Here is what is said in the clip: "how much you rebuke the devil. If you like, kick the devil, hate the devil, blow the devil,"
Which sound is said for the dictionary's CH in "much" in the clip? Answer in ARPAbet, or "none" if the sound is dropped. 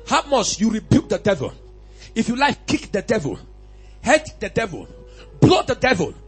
S